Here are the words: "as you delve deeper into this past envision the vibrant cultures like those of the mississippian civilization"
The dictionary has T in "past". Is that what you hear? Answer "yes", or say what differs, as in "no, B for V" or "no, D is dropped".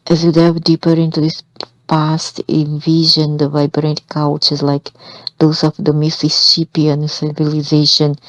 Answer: yes